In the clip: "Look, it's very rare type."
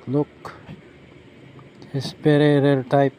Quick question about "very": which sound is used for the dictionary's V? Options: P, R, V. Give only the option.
P